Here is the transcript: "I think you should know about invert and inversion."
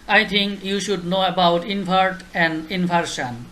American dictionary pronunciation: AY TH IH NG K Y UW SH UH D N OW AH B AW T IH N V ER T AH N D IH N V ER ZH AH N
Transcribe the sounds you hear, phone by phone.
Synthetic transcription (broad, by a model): AY T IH NG K Y UW SH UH D N OW AH B AW T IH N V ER T AH N D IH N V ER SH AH N